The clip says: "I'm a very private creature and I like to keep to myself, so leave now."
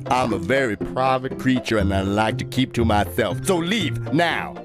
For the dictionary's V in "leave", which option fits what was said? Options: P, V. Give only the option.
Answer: V